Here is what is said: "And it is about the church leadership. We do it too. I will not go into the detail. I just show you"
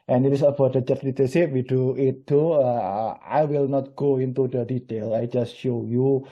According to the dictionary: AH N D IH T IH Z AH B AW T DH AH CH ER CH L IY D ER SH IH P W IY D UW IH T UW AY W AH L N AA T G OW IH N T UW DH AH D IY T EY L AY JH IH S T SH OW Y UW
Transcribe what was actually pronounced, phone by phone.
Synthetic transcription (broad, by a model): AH N IH T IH S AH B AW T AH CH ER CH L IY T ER S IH W IY D UW IH T UW AY W AH L N AA T G OW IH N T UW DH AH D IY T EY L AY JH IH S T SH OW Y UW